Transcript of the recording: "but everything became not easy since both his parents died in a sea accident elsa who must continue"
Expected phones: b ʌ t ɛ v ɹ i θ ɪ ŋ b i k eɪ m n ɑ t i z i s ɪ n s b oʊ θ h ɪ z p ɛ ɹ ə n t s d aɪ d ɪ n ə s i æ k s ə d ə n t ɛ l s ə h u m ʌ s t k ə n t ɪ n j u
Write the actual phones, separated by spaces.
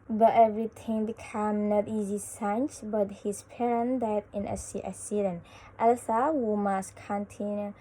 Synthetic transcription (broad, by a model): b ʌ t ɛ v ɹ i t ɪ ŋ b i k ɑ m n ɑ t i z i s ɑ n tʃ b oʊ t h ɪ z p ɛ ɹ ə n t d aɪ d ɪ n ə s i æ s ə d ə n t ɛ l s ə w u m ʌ s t k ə n t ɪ n j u